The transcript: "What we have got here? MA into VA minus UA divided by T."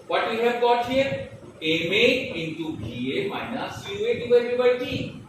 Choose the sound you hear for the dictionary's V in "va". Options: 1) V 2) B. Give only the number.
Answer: 2